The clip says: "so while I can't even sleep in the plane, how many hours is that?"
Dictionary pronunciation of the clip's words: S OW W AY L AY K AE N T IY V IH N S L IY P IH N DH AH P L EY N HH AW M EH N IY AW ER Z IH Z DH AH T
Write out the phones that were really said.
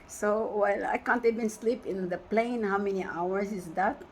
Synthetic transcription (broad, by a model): S OW W AY L AY K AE N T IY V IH N S L IY P IH N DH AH P L EY N HH AW M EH N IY AW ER S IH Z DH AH T